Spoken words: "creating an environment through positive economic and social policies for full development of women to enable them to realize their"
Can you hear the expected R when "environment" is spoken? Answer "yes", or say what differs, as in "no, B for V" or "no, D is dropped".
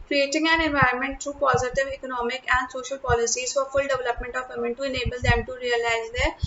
no, R is dropped